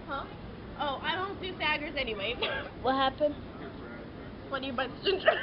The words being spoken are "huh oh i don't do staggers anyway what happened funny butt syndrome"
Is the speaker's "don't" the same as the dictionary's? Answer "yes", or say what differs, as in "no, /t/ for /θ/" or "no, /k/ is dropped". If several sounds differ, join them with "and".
yes